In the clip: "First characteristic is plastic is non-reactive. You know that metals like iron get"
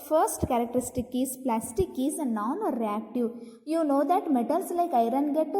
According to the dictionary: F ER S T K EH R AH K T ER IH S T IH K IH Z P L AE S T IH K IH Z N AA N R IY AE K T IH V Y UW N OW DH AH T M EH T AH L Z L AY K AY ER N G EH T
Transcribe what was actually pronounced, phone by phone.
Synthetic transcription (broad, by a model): F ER S T K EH R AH K T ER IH S T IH K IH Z P L AE S T IH K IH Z N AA N R IY AE K T IH V Y UW N OW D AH T M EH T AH L S L AY K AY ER N G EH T